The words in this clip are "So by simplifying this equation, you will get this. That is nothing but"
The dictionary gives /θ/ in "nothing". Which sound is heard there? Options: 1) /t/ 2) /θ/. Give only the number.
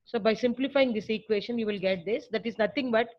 1